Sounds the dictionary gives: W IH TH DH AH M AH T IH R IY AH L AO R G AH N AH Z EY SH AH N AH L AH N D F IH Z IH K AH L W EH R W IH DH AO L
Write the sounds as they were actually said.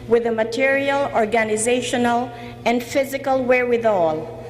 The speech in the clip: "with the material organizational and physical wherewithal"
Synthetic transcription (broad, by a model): W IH DH AH M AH T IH R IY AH L AO R G AH N AH Z EY SH AH N AH L AH N D F IH Z IH K AH L W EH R W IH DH AO L